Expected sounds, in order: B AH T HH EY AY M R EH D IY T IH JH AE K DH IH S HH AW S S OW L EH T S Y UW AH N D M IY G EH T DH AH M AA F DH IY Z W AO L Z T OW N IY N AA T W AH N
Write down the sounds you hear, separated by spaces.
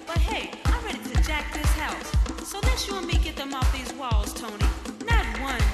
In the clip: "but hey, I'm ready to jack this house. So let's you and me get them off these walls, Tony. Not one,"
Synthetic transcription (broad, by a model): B AH T HH EY AY M R EH D IY T IH JH AE K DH IH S HH AW S S OW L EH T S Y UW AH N M IY G EH T DH AH M AA F DH IY Z W AO L Z T OW N IY N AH T W AH N